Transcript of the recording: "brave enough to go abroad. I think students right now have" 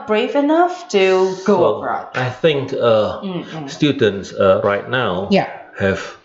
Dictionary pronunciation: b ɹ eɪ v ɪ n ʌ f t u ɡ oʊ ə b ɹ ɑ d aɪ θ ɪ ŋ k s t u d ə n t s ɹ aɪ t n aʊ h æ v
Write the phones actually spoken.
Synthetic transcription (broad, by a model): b ɹ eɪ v ɪ n ʌ f t u ɡ oʊ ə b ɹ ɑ aɪ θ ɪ ŋ k s t u d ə n t s ɹ aɪ t n aʊ h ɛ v